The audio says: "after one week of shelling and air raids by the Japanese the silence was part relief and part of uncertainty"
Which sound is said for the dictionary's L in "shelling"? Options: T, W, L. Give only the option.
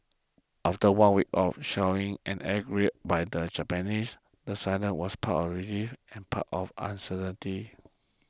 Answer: W